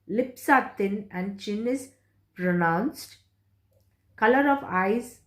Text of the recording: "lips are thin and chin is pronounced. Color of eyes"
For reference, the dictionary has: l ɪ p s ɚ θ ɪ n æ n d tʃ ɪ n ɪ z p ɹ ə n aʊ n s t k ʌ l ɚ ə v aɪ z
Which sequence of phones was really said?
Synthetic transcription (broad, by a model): l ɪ p s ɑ t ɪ n æ n d tʃ ɪ n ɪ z p ɹ ə n aʊ n s t k ʌ l ɚ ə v aɪ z